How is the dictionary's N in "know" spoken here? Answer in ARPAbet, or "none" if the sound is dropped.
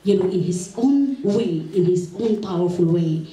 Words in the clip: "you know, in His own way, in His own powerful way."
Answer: L